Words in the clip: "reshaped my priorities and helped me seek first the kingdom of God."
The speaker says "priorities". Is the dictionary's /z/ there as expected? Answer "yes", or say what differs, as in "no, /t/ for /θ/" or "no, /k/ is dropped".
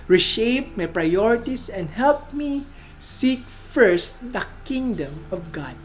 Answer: no, /s/ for /z/